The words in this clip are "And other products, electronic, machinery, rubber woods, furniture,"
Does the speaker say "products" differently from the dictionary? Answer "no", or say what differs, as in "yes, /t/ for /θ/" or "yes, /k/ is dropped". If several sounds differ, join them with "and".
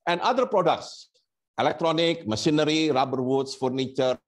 no